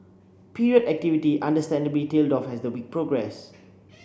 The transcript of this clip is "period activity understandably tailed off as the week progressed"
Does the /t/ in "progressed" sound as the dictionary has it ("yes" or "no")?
no